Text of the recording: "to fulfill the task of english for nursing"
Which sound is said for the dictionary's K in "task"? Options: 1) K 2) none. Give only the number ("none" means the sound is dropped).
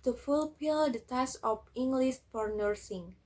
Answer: 2